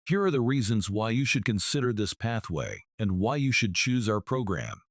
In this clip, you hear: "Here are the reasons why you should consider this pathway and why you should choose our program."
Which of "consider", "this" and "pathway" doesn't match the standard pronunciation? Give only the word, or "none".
none